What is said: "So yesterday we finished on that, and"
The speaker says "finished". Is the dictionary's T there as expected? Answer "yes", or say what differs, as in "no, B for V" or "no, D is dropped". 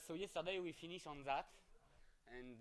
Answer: no, T is dropped